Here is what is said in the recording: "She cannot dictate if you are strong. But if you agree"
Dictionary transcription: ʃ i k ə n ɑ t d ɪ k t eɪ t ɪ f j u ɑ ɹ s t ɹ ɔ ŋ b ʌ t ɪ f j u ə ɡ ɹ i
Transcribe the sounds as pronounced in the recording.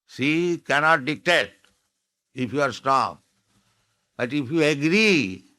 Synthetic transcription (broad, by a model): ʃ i k ə n ɑ t d ɪ k t eɪ t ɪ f j u ɑ ɹ s t ɔ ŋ b ʌ t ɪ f j u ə ɡ ɹ i